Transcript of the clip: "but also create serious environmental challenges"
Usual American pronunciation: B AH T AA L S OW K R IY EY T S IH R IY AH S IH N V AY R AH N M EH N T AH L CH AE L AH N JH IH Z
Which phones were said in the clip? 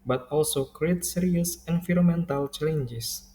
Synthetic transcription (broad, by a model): B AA T AA L S OW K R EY T S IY R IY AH S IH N F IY R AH M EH N T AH L CH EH L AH N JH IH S